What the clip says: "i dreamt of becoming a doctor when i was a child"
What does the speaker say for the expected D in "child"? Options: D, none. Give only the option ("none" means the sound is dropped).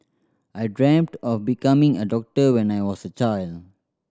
D